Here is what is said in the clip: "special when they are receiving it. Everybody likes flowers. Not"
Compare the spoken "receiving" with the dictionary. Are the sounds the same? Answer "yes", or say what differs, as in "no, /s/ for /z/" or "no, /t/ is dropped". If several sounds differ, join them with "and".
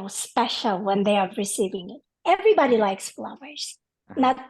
yes